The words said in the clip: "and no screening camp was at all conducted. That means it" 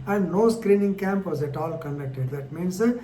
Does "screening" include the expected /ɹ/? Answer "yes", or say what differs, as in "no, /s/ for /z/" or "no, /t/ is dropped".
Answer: yes